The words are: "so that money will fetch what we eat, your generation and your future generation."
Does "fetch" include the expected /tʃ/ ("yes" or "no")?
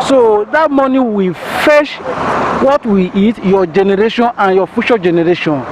no